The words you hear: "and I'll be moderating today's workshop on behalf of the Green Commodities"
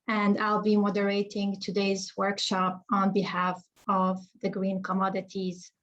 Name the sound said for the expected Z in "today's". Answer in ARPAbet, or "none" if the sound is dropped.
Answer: Z